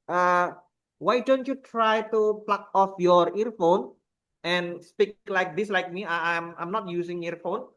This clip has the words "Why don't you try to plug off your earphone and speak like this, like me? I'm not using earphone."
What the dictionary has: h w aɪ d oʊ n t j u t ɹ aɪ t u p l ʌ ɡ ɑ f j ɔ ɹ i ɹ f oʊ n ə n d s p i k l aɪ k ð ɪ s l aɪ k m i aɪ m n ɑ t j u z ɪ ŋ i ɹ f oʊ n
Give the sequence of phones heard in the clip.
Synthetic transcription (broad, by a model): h w aɪ d oʊ n t j u t ɹ aɪ t u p l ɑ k ɑ f j ɔ ɹ i ɹ f oʊ n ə n s p i k l aɪ k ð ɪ s l aɪ k m i aɪ m n ɑ t j u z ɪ ŋ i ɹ f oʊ n